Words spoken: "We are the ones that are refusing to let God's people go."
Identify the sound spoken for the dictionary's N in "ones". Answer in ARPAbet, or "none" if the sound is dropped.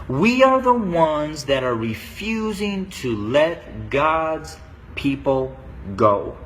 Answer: N